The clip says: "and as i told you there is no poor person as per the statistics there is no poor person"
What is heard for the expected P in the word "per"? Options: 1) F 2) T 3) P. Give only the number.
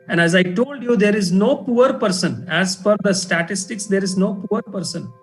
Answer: 1